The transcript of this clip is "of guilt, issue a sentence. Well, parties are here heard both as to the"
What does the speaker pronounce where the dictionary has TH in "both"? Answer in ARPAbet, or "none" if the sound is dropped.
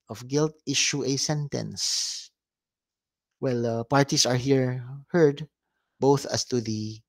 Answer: TH